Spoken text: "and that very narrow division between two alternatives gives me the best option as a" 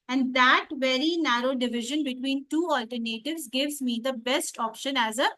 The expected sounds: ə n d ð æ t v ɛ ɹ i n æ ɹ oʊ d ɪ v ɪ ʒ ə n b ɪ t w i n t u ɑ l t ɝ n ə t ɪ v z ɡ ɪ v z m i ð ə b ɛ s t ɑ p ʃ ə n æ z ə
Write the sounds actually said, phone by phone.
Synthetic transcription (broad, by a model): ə n d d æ t v ɛ ɹ i n æ ɹ oʊ d ɪ v ɪ ʒ ə n b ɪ t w i n t u ɑ l t ɝ n ə t ɪ v z ɡ ɪ v z m i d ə b ɛ s t ɑ p ʃ ə n æ z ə